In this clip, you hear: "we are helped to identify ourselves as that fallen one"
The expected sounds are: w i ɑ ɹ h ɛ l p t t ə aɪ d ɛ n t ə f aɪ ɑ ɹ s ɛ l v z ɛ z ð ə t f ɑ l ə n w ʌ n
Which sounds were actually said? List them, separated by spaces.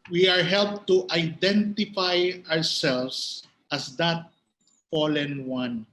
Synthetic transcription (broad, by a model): w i ɑ ɹ h ɛ l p t t aɪ d ɛ n t ə f aɪ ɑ ɹ s ɛ l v s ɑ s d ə t f ɑ l ə n w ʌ n